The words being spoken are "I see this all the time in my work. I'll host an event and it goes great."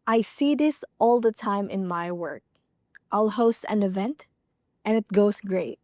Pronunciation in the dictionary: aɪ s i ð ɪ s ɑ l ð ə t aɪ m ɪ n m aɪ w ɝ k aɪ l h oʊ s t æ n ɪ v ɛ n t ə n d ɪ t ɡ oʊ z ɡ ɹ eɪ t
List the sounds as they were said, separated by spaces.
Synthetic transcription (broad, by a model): aɪ s i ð ɪ s ɑ l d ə t aɪ m ɪ n m aɪ w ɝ k aɪ l h oʊ s t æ n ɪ v ɛ n t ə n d ɪ t ɡ oʊ s ɡ ɹ eɪ t